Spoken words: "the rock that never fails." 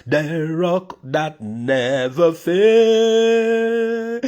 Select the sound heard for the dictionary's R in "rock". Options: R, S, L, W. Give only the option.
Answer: R